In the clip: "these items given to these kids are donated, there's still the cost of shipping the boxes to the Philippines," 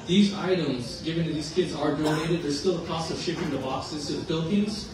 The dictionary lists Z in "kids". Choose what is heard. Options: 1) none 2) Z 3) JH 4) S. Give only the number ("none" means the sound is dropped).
2